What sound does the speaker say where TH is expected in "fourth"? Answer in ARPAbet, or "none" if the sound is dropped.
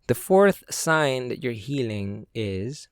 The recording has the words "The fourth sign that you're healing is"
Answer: TH